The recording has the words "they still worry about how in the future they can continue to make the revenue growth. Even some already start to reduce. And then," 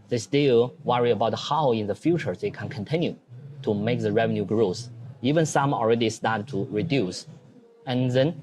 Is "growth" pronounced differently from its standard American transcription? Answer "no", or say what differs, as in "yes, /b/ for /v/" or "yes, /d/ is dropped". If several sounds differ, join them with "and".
yes, /s/ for /θ/